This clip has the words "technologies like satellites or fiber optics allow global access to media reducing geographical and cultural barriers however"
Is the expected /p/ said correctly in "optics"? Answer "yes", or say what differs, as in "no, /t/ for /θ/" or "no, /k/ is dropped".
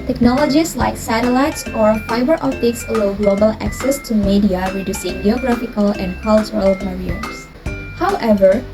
no, /p/ is dropped